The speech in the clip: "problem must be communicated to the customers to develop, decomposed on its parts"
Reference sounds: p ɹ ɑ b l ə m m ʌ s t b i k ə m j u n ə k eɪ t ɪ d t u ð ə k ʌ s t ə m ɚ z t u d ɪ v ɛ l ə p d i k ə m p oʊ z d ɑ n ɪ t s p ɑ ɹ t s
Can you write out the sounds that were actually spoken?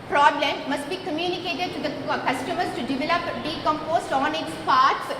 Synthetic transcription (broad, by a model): p ɹ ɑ b l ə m m ʌ s t b i k ə m j u n ə k eɪ t ɪ d t u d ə k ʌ s t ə m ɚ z t u d ɪ v ɛ l ə p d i k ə m p oʊ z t ɑ n ɪ t s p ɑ ɹ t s